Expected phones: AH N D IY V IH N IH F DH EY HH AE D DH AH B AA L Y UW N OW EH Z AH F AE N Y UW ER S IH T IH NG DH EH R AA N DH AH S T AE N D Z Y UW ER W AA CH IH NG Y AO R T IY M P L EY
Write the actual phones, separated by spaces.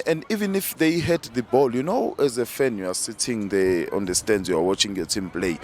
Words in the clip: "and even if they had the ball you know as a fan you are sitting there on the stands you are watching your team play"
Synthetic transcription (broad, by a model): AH N D IY V IH N IH F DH EY HH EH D DH AH B AA L Y UW N OW EH Z AH F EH N Y UW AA S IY T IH NG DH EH AA N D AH S T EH N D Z Y UW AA W AA CH IH NG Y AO T IY M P L EY